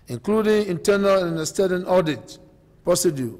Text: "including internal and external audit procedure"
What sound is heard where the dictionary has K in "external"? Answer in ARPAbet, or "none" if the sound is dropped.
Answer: none